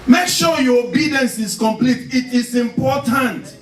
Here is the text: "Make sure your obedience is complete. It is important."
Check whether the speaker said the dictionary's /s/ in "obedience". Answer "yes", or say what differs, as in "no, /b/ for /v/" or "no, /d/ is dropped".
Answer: yes